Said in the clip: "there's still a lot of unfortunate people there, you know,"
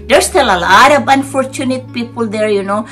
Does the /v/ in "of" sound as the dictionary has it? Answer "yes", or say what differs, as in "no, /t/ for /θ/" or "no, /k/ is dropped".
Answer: no, /b/ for /v/